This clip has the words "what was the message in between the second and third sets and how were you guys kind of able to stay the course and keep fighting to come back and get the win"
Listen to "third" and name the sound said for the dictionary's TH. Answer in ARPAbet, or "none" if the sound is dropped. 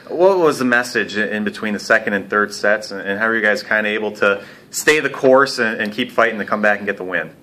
TH